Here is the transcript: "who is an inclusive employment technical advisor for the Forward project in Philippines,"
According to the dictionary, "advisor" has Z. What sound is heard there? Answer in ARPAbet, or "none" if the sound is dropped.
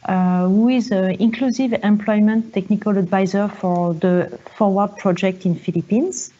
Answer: Z